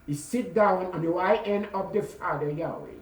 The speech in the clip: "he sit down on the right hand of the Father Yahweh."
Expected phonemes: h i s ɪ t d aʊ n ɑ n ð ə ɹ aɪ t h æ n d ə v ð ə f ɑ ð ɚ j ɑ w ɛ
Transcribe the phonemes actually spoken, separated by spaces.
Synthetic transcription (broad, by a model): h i s ɪ t d aʊ n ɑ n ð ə w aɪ t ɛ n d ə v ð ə f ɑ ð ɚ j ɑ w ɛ